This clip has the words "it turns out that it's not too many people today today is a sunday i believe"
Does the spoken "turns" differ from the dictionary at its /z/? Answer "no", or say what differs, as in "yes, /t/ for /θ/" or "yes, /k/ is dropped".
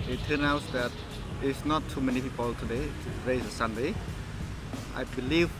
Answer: yes, /z/ is dropped